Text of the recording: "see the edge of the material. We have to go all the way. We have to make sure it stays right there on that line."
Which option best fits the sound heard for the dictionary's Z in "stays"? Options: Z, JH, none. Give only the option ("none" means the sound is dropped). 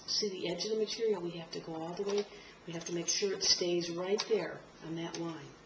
Z